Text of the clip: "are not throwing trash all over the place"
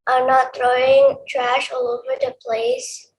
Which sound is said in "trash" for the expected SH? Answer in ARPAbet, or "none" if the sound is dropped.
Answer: SH